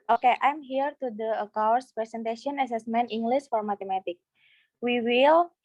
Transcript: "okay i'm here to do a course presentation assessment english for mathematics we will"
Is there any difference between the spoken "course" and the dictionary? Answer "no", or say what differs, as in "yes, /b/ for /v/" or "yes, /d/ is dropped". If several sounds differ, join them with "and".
yes, /w/ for /ɹ/